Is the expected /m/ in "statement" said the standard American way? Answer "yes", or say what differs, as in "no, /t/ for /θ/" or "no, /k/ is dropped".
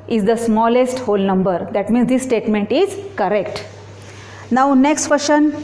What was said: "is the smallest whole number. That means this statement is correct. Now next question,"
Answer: yes